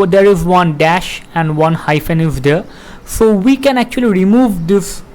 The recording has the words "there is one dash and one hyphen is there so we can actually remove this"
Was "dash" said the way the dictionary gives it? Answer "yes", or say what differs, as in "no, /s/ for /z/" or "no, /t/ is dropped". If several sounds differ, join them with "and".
yes